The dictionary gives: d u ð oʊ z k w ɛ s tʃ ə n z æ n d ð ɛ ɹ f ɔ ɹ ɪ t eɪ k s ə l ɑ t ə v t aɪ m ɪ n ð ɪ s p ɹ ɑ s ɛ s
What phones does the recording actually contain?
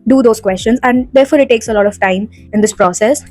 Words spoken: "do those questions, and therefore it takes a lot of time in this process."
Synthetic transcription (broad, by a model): d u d oʊ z k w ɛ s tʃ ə n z æ n d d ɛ ɹ f ɔ ɹ ɪ t eɪ k s ə l ɑ t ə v t aɪ m ɪ n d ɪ s p ɹ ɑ s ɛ s